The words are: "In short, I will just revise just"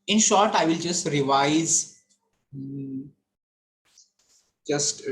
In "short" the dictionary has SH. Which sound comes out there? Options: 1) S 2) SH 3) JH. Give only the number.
2